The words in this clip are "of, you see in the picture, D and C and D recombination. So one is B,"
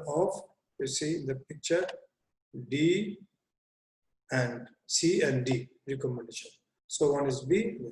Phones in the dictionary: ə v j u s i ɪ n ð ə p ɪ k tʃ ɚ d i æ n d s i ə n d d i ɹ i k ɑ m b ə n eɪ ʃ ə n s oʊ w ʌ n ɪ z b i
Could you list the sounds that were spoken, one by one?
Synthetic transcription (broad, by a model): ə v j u s i ɪ n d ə p ɪ k tʃ ɚ d i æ n d s i ə n d d i ɹ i k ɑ m ə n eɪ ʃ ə n s oʊ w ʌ n ɪ z b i